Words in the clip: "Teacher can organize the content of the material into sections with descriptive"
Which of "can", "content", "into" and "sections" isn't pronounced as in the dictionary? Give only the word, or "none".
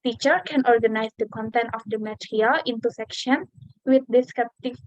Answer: sections